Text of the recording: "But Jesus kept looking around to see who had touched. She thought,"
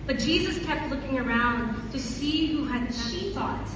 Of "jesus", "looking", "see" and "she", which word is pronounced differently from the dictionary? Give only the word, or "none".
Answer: none